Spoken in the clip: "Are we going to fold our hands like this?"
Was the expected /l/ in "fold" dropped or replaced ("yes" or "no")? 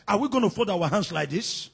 yes